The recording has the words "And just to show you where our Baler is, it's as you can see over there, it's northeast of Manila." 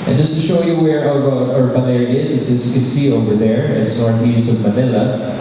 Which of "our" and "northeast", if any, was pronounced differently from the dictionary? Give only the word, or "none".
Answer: northeast